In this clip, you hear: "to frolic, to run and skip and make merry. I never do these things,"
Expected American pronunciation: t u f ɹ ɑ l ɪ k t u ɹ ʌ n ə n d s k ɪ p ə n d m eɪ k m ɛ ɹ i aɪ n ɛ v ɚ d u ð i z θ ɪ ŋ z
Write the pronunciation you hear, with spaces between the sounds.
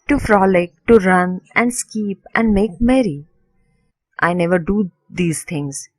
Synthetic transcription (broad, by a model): t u f ɹ ɑ l ɪ k t u ɹ ʌ n ə n d s k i p ə n d m eɪ k m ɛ ɹ i aɪ n ɛ v ɚ d u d i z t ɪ ŋ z